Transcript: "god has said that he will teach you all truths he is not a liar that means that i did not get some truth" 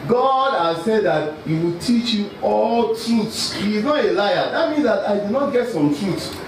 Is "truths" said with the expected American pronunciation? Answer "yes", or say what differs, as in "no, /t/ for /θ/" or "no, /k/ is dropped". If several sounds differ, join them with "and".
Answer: no, /t/ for /θ/